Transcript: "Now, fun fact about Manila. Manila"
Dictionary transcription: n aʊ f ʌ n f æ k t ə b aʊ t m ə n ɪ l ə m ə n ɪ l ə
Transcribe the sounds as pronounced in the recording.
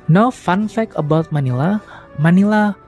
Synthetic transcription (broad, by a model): n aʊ f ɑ n f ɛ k ə b aʊ t m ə n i l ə m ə n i l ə